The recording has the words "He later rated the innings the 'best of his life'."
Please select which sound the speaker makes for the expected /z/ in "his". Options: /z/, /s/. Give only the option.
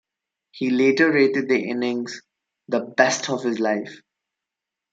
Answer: /z/